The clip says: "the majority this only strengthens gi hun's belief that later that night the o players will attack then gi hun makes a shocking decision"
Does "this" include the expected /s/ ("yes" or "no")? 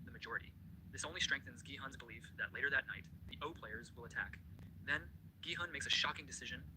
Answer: yes